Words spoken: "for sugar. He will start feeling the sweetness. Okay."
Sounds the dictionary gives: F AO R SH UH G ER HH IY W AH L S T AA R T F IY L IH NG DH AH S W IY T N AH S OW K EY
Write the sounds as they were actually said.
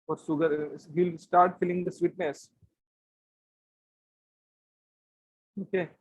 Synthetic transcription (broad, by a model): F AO R S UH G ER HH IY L S T AA R T F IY L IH NG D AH S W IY T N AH S OW K EY